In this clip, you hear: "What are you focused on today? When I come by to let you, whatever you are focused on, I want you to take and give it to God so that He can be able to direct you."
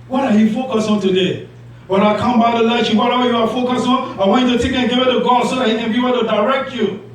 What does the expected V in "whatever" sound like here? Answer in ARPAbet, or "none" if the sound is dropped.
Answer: W